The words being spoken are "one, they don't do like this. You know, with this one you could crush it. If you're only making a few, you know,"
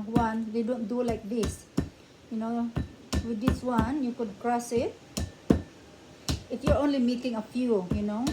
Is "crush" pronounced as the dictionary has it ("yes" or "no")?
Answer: no